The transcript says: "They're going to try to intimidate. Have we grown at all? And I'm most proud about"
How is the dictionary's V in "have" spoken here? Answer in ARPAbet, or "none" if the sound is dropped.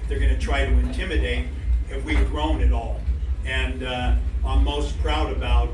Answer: F